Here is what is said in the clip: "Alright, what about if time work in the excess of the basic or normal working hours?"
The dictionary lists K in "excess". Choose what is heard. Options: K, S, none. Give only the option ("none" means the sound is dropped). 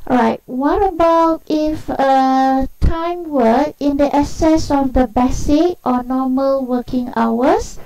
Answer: none